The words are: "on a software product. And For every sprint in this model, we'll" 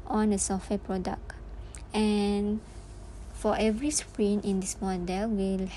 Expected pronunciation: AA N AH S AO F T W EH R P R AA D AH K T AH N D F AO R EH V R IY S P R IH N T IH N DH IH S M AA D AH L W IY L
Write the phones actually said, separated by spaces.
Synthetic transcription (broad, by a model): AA N AH S AO F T W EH P R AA D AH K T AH N F AO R EH V R IY S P R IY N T IH N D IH S M AA D AH L W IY L